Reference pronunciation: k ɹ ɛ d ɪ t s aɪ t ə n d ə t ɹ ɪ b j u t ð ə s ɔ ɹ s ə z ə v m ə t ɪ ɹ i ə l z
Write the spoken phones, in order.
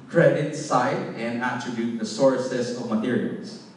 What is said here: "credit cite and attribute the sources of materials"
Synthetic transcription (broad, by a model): k ɹ ɛ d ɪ t s aɪ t ə n d ə t ɹ ɪ b j u t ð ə s ɔ ɹ s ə s ə v m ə t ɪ ɹ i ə l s